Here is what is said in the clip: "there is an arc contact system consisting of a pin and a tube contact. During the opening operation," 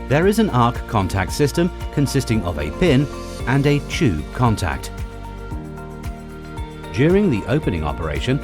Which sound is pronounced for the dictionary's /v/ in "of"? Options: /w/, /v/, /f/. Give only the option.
/v/